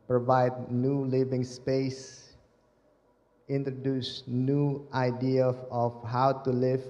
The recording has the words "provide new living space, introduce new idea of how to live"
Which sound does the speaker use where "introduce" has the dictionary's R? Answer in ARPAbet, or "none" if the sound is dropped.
R